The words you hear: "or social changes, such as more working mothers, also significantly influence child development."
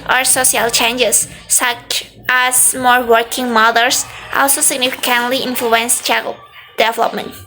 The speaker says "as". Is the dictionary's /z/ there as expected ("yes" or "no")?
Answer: no